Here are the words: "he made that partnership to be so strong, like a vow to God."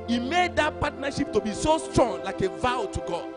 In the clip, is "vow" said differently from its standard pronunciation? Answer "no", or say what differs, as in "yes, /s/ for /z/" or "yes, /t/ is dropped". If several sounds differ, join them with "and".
no